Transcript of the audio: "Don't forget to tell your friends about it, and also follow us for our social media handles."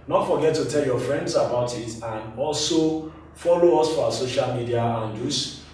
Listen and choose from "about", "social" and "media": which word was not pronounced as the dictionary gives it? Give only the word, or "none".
none